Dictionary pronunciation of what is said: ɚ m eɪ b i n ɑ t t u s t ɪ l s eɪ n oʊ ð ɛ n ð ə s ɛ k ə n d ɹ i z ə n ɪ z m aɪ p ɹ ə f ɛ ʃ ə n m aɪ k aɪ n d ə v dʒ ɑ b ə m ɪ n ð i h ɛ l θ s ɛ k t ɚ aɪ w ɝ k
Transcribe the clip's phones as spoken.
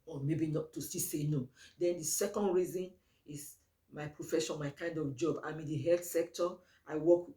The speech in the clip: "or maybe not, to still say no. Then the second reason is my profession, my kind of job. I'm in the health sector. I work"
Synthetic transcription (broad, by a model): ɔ m eɪ b i n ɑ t t u s t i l s eɪ n oʊ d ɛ n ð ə s ɛ k ə n d ɹ i z ə n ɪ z m aɪ p ɹ ə f ɛ ʃ ə n m aɪ k aɪ n d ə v dʒ ɑ b ə m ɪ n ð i h ɛ l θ s ɛ k t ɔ aɪ w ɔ k